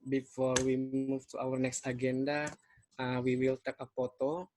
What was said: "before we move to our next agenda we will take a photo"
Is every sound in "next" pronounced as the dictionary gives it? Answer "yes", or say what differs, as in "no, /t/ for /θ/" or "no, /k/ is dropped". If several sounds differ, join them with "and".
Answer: yes